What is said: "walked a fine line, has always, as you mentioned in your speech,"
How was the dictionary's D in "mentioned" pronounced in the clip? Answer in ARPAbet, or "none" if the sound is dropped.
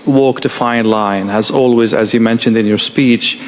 D